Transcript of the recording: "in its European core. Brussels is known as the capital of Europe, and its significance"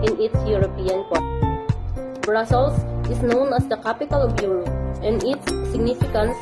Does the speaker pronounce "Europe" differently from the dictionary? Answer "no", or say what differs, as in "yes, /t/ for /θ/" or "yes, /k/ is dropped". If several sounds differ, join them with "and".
yes, /p/ is dropped